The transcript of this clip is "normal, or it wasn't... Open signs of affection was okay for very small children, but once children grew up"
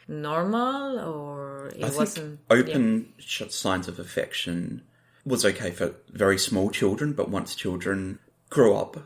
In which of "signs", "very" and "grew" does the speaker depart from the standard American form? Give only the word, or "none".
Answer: none